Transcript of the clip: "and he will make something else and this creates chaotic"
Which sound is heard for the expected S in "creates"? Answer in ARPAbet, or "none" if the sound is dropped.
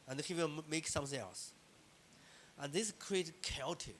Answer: none